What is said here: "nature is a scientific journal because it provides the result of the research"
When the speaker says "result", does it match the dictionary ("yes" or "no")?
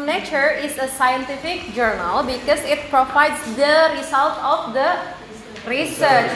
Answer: no